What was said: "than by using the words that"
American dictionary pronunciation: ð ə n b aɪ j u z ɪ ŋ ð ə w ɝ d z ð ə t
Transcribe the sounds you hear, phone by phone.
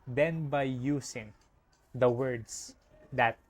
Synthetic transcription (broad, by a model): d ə n b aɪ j u s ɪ ŋ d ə w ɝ d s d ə t